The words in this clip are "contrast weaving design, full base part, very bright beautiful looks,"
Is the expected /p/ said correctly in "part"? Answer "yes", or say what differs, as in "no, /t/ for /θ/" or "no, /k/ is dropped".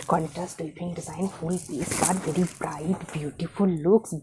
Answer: no, /b/ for /p/